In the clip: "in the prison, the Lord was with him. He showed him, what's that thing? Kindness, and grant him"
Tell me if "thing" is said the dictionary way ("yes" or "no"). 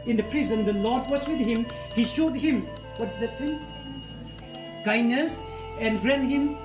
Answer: no